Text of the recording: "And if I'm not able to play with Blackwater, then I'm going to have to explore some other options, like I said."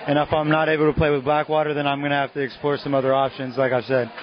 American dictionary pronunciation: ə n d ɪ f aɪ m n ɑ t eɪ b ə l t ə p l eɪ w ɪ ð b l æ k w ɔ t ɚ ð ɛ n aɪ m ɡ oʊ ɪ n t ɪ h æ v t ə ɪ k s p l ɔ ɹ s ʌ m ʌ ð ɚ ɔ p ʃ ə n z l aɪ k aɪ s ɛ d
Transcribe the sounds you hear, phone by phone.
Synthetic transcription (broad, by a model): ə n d ɪ f aɪ m n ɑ t eɪ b l t ə p l eɪ w ɪ ð b l æ k w ɔ t ɚ ð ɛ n aɪ m ɡ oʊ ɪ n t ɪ h æ f t ɪ k s p l ɔ ɹ s ʌ m ʌ ð ɚ ɔ p ʃ ə n z l aɪ k aɪ s ɛ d